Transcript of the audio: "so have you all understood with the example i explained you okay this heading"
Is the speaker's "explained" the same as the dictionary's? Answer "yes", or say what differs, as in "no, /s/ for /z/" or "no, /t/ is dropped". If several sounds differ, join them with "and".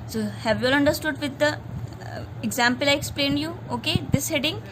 yes